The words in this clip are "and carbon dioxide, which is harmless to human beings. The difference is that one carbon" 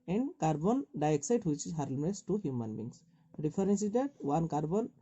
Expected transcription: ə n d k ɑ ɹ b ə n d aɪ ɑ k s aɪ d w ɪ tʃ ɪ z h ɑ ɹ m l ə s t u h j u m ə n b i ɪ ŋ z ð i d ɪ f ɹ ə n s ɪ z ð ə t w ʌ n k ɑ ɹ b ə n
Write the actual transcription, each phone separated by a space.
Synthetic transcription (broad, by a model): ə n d k ɑ ɹ b ə n d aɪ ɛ k s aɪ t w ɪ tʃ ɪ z h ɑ ɹ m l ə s t u h j u m ə n b i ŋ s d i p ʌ ɹ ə n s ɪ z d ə t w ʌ n k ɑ ɹ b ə n